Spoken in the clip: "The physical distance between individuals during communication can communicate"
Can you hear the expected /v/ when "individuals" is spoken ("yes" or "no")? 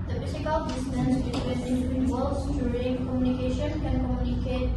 no